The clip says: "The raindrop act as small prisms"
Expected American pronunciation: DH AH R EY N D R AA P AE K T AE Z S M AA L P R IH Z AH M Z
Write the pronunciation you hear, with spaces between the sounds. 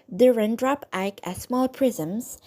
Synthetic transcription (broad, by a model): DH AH R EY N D R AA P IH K AE S M AA L P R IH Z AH M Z